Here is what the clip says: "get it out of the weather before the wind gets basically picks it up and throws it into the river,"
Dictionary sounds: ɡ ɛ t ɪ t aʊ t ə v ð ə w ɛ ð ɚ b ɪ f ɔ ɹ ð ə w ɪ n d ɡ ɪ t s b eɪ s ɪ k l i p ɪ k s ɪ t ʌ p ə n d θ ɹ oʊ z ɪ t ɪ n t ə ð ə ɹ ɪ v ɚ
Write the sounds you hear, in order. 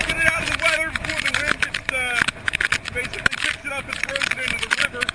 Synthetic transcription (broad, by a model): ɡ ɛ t ɪ t aʊ t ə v ð ə w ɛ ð ɚ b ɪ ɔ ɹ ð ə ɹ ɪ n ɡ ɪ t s b eɪ s ɪ k l i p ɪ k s ɪ t ʌ p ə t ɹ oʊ ɪ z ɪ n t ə ð ə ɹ ɪ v ɚ